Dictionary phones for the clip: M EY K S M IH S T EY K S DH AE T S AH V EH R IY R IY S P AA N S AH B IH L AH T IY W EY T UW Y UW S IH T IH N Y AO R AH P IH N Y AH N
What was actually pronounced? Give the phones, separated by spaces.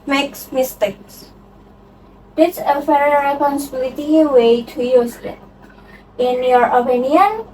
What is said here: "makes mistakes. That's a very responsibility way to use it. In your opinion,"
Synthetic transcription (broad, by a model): M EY K S M IH S T EY K S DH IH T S AH F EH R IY R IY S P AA N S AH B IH L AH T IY W EY T UW Y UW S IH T IH N Y AO R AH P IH N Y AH N